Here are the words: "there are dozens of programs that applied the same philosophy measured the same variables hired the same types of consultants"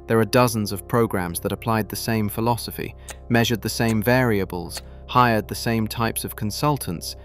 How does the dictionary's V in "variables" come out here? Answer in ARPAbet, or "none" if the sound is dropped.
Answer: V